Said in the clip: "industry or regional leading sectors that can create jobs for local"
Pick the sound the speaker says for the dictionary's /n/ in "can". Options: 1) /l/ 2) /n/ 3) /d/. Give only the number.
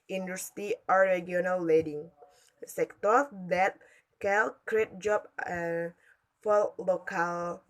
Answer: 1